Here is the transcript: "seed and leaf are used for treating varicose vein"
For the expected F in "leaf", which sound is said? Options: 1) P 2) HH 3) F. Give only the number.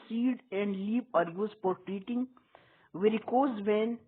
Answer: 1